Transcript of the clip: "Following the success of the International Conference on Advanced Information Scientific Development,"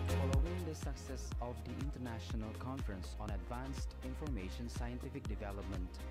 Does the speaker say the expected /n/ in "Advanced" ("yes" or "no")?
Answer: yes